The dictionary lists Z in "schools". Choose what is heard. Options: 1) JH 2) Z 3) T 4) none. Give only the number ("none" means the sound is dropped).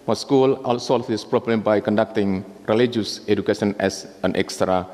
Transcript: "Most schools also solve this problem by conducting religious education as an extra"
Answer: 4